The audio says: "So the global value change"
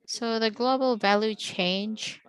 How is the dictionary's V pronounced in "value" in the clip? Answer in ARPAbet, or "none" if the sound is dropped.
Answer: V